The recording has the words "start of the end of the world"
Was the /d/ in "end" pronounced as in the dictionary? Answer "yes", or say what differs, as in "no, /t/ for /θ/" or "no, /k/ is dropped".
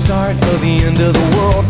yes